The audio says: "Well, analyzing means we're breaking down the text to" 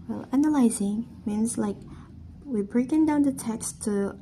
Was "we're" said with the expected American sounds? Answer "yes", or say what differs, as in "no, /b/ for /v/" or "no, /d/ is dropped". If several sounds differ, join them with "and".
no, /w/ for /ɹ/